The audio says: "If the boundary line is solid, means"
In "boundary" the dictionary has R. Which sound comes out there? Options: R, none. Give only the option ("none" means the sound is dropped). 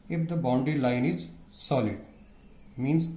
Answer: none